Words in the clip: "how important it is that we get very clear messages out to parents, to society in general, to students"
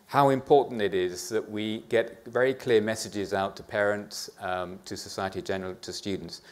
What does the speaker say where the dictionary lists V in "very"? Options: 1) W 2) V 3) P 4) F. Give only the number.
2